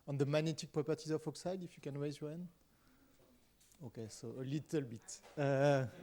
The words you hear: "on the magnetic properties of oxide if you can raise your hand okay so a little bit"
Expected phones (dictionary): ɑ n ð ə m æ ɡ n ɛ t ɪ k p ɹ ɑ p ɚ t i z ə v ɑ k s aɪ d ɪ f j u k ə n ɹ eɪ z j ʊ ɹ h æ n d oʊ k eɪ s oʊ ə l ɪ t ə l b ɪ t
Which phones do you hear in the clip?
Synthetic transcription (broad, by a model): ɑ n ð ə m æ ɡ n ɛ t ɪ k p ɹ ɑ p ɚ t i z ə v ɑ k s aɪ d ɪ f j u k ə n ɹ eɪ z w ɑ n oʊ k eɪ s oʊ ə l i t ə l b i t